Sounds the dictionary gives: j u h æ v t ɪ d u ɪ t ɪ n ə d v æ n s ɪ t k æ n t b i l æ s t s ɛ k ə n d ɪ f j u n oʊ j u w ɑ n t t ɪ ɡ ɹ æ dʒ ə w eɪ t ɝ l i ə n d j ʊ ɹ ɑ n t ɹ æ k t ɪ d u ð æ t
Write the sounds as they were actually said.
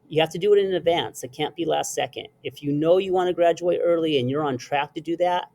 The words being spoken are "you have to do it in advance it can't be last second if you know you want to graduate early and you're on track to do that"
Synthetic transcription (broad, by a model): j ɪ h æ f t ɪ d ɪ t ɪ n ə d v æ n s ɪ t k æ n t b i l æ s t s ɛ k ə n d ɪ f j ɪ n oʊ j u w ɑ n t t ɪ ɡ ɹ æ dʒ ə w eɪ t ɝ l i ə n j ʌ ɹ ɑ n t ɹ æ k t ɪ d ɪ ð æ t